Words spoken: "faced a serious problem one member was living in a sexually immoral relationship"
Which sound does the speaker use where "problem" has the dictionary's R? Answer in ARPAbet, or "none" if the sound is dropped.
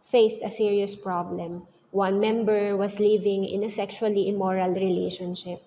R